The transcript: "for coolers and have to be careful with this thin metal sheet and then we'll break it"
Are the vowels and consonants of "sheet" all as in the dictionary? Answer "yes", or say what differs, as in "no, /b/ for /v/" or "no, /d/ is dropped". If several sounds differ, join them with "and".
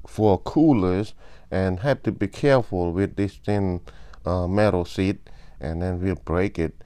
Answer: no, /s/ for /ʃ/